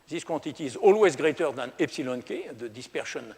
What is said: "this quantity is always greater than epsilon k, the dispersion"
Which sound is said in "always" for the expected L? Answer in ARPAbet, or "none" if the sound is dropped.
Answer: L